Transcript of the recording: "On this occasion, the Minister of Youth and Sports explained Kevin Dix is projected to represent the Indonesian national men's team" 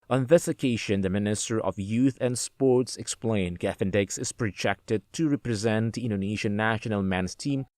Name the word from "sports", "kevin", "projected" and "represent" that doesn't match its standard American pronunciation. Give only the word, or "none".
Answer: kevin